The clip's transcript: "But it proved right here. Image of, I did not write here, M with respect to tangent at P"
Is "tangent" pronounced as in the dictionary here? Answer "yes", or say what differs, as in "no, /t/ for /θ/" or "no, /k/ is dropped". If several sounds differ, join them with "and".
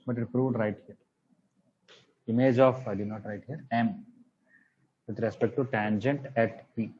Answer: yes